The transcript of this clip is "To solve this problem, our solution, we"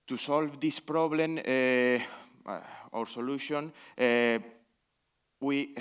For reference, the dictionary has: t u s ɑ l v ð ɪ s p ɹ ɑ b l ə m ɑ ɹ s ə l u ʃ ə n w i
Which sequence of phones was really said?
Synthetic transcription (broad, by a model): t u s ɑ l v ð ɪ s p ɹ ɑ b l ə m ɑ ɹ s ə l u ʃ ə n w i